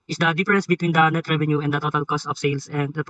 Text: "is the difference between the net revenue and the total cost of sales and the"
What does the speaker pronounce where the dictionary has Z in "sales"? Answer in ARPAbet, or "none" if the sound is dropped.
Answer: S